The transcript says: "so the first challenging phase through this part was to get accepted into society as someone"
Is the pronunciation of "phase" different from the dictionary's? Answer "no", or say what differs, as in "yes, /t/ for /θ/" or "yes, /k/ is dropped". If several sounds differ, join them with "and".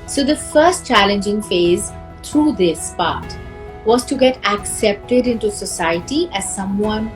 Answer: no